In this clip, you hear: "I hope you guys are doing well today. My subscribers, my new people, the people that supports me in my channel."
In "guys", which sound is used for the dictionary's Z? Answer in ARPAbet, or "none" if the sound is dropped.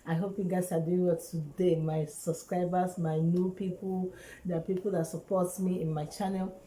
S